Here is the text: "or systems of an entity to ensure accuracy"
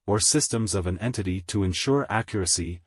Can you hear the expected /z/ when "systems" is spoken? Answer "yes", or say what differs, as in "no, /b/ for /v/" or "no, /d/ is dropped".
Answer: yes